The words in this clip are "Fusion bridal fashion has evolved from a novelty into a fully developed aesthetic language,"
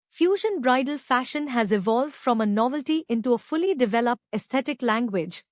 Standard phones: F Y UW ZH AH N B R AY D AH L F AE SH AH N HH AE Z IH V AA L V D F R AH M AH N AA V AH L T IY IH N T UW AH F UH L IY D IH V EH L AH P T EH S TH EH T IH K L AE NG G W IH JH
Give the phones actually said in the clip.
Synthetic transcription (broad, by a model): F Y UW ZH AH N B R AY D AH L F AE SH AH N HH AE Z IH V AA L V D F R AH M AH N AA V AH L T IY IH N T UW AH F UH L IY D IH V EH L AH P T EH S T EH T IH K L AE NG G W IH JH